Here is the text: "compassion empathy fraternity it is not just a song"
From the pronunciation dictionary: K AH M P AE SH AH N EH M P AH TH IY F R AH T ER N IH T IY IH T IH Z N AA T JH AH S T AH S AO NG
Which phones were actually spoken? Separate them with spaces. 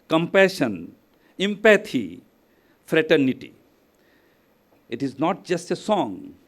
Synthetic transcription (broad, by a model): K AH M P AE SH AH N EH M P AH T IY F R AH T ER N IH T IY IH T IH Z N AA T JH AH S T AH S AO NG